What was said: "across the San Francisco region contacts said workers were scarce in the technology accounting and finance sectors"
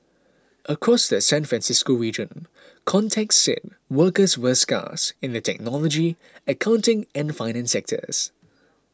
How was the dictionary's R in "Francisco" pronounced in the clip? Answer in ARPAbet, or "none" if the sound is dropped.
R